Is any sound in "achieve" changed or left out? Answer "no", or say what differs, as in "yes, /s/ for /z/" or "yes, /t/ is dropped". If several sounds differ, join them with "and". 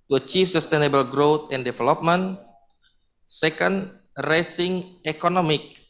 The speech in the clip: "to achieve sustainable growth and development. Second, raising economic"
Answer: yes, /f/ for /v/